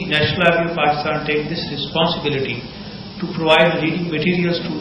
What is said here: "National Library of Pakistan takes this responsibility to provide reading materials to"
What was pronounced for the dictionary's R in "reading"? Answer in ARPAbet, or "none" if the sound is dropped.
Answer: L